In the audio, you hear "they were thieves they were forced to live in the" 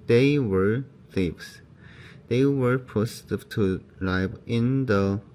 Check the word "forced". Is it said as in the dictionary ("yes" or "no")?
no